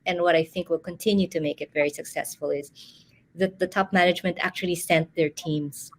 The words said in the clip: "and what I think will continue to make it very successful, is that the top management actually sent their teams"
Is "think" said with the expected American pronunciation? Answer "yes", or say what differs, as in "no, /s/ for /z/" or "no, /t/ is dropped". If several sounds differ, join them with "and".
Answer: yes